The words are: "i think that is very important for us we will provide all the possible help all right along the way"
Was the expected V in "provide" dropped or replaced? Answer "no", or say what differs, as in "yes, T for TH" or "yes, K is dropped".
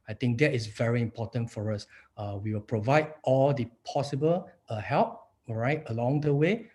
no